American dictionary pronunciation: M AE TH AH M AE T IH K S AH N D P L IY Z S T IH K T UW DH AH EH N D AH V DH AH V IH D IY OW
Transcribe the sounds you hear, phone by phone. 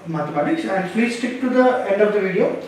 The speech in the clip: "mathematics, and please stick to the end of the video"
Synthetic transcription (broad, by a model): M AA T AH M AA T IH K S AH N D F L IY S T IH K T UW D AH EH N D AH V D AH V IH D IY OW